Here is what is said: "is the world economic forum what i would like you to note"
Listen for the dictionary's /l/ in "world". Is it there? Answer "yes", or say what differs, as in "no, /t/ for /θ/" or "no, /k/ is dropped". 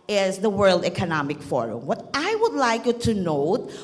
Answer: yes